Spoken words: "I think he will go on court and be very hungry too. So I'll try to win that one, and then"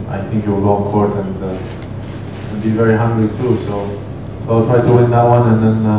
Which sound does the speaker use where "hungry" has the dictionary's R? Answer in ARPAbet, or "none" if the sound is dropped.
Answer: L